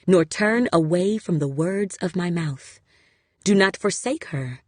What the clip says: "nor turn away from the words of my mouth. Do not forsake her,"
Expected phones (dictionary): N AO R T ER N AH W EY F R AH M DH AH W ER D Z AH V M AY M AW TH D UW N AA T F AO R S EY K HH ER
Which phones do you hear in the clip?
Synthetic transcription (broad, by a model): N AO R T ER N AH W EY F R AH M DH AH W ER D Z AH V M AY M AW TH D UW N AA T F AO R S EY K HH ER